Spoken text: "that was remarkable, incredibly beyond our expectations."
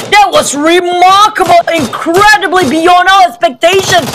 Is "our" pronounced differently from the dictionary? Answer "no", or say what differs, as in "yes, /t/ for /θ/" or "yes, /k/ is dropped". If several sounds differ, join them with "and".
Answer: yes, /l/ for /ɹ/